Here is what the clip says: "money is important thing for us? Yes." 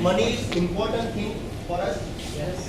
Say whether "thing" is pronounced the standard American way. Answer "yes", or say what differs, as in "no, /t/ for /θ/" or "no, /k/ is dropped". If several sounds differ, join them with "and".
no, /t/ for /θ/